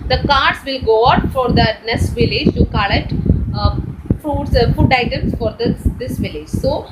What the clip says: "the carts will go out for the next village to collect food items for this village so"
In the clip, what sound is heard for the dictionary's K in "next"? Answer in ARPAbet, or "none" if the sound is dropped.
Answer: none